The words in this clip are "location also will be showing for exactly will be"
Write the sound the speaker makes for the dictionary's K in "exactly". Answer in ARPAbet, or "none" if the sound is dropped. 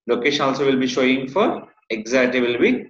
none